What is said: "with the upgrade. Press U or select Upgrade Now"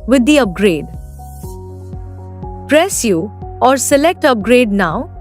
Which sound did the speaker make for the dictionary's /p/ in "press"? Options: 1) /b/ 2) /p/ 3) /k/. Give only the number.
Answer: 2